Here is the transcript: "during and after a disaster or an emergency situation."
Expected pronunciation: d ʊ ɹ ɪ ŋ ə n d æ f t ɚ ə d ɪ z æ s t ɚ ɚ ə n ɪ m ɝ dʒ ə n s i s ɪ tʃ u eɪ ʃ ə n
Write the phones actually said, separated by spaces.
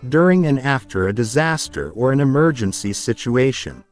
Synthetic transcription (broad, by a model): d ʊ ɹ ɪ ŋ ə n æ f t ɚ ə d ɪ z æ s t ɚ ɚ ə n ɪ m ɝ dʒ ə n s i s ɪ tʃ u eɪ ʃ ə n